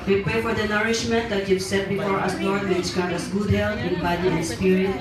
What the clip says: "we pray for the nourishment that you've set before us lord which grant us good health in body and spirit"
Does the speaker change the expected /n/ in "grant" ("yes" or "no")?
yes